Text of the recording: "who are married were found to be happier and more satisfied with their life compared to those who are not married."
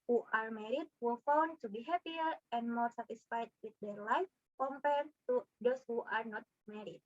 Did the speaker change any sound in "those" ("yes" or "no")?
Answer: yes